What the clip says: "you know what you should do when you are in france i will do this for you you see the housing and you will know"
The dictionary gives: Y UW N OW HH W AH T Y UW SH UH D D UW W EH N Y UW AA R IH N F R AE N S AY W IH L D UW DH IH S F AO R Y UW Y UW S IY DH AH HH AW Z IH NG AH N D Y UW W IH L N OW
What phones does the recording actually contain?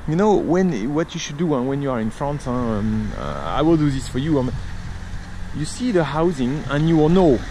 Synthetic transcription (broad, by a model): Y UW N OW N W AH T Y UW SH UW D D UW W EH N Y UW AA R IH N F R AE N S AY W IH L D UW DH IH S F AO R Y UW Y UW S IY DH AH HH AW Z IH NG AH N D Y UW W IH L N OW